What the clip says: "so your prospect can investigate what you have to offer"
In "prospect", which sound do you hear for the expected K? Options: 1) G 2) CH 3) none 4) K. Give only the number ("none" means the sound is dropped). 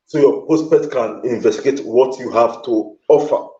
3